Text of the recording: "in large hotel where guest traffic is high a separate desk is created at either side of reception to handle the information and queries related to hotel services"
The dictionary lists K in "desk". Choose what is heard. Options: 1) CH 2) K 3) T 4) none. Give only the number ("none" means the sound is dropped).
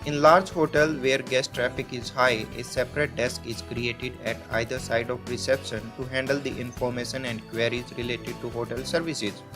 2